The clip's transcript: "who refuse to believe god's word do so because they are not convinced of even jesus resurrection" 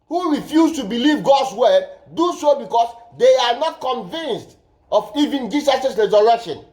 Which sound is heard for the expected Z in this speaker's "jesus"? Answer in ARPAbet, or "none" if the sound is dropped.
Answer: S